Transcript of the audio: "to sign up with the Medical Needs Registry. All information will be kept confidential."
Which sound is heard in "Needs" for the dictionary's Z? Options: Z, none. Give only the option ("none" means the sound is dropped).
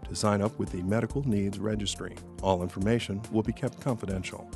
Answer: Z